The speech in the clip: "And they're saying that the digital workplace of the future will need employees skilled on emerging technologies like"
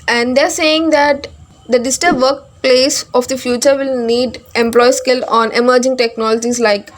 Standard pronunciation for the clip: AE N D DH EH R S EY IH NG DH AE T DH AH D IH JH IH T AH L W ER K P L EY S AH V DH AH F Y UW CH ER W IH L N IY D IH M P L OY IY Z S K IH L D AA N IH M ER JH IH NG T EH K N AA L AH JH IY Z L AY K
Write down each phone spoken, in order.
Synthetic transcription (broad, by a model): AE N D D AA R S EY IH NG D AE T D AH D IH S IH T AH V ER K P L EY S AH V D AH F Y UW CH ER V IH L N IY D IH M P L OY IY S K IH L AA N IH M ER JH IH NG T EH K N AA L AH JH IY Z L AY K